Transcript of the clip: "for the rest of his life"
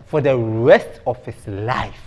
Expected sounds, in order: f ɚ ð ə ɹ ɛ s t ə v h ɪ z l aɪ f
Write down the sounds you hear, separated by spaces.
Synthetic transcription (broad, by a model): f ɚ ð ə ɹ ɛ s t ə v h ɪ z l aɪ f